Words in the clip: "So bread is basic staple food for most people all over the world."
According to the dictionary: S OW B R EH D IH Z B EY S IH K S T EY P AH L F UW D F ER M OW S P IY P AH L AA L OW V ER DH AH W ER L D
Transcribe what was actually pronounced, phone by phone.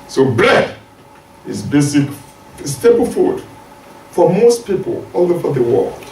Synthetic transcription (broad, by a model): S OW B L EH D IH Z B EY S IH K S T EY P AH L F UW D F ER M OW S P IY P AH L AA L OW F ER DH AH W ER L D